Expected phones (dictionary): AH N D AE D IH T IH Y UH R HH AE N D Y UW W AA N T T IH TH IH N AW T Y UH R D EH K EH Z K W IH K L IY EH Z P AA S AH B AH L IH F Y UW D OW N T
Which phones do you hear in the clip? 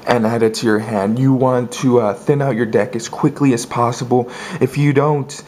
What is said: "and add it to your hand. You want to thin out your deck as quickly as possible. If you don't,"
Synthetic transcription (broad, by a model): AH N AE D IH T IH Y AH R HH AE N D Y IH W AA N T T IH TH IH N AW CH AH R D EH K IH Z K W IH K L IY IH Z P AA S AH B L IH F Y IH D OW N T